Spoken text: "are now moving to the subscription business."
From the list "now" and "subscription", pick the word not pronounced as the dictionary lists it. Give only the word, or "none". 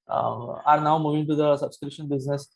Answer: subscription